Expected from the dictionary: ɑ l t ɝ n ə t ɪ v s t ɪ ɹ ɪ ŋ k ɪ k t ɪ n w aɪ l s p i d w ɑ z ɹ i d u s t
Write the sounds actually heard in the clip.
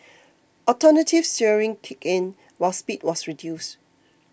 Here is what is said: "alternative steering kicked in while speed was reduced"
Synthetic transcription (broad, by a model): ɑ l t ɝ n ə t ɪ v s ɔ ɹ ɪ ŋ k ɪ k ɪ n w aɪ l s p i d w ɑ s ɹ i d u s t